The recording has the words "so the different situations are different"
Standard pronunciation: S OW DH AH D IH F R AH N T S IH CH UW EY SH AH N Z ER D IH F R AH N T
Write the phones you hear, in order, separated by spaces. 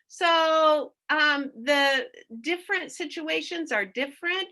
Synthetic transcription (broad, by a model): S OW DH AH D IH F R AH N T S IH CH UW EY SH AH N Z ER D IH F R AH N T